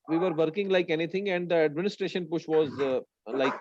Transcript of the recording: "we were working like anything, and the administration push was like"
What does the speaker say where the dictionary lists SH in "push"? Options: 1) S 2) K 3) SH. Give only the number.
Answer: 3